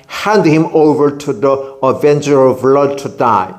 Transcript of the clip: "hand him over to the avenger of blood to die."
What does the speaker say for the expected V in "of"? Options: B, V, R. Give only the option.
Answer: V